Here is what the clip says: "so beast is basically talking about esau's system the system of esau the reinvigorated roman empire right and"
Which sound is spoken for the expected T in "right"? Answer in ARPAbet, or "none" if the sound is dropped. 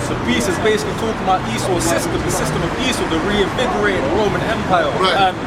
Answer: none